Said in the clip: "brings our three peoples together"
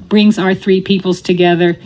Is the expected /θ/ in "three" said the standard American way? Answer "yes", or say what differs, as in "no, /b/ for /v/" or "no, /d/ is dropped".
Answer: yes